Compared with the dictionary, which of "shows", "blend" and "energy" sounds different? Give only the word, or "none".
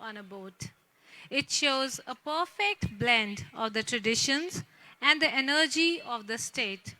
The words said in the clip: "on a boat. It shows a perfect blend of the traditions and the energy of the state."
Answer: none